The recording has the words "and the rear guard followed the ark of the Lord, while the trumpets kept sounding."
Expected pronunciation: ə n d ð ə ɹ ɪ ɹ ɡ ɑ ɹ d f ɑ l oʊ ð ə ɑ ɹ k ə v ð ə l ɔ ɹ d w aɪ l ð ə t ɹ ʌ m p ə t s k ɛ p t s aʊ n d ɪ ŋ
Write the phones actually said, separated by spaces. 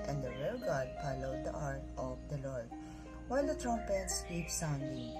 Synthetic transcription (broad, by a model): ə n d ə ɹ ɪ l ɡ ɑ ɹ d p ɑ l oʊ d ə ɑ ɹ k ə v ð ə l ɔ ɹ d w aɪ l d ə t ɹ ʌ m p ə t s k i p s aʊ n d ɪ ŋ